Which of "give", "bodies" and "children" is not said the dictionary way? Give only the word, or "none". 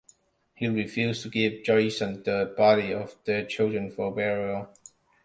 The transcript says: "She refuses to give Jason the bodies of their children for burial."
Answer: bodies